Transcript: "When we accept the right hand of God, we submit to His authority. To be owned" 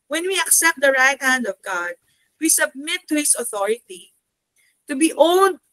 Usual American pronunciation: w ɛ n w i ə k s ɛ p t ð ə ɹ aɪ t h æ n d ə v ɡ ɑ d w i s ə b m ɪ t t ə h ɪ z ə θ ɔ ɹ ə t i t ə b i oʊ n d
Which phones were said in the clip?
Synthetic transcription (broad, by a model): w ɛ n w i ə k s ɛ p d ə ɹ aɪ t h æ n d ə v ɡ ɑ d w i s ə b m ɪ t t ə h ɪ s ə θ ɔ ɹ ə t i t ə b i oʊ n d